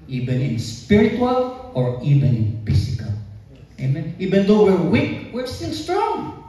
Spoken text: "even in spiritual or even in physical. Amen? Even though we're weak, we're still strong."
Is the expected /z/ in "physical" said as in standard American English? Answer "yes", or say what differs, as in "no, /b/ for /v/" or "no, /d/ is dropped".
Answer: no, /s/ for /z/